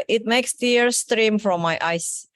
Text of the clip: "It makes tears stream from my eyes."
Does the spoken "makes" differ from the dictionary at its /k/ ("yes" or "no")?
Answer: no